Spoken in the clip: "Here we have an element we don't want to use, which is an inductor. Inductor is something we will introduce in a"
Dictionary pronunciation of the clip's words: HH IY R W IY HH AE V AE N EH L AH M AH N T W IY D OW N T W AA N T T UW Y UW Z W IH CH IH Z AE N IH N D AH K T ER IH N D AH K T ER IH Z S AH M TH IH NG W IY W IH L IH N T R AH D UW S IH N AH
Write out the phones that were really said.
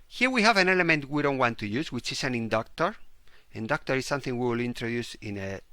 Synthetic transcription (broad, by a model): HH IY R W IY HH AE V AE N EH L AH M AH N T W IY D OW N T W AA N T T UW Y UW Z W IH CH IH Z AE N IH N D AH K T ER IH N D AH K T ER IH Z S AH M TH IH NG W IY W IH L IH N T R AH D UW S IH N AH